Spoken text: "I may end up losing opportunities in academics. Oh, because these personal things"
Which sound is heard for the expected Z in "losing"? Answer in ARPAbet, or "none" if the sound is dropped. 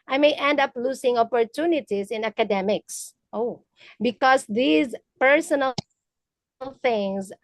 S